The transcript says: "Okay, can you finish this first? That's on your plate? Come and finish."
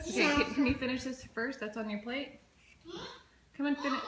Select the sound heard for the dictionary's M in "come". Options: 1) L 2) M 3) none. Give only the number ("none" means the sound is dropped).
2